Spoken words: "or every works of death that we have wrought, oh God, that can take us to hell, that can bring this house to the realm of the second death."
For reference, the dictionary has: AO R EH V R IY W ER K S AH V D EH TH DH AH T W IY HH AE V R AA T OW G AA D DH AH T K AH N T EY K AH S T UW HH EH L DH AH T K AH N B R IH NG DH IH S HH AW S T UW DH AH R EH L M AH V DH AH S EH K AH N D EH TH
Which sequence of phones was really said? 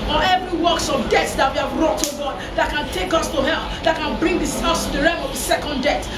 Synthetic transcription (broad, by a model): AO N EH V R IY W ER K S AH V D EH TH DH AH T W IY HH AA V R AA T OW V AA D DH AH T K AH N T EY K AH S T UW HH EH L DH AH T K AH N B R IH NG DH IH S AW S T UW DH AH R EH M AH V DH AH S EH K AH N D EH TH